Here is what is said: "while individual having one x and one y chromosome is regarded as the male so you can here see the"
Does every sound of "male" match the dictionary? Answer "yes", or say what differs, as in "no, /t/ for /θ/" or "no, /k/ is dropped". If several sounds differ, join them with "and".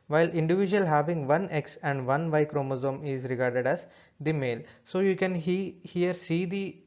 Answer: yes